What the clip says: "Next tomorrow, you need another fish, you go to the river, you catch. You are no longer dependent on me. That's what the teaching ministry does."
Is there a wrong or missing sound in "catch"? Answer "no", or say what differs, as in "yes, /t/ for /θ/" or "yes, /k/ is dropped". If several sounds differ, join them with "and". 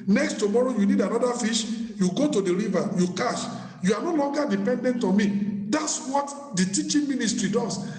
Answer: yes, /ʃ/ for /tʃ/